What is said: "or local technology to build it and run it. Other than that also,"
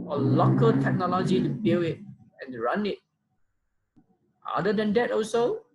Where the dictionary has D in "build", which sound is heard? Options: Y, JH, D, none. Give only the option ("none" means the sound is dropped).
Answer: none